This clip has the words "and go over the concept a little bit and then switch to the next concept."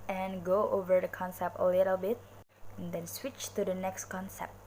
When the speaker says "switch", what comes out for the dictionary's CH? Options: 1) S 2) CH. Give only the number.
2